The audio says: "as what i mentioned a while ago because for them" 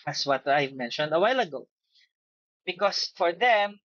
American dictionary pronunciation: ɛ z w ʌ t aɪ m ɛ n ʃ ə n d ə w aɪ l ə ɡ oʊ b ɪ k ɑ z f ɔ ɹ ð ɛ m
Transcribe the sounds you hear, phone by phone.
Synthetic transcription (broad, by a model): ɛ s w ʌ t aɪ m ɛ n ʃ ə n d ə w aɪ l ə ɡ oʊ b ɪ k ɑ s f ɔ ɹ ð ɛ m